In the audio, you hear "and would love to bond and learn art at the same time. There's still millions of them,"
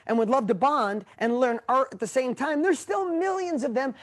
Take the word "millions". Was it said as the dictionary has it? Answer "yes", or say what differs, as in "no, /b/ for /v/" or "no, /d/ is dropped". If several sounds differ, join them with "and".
yes